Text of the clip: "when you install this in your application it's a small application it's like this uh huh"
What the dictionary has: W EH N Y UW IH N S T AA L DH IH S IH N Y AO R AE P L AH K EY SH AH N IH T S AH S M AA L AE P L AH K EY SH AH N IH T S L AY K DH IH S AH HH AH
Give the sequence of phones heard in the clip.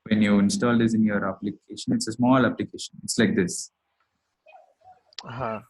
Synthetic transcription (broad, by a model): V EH N Y UW IH N S T AA L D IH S IH N Y AO R AE P L AH K EY SH AH N IH T S AH S M AA L AE P L AH K EY SH AH N IH T S L AY K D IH S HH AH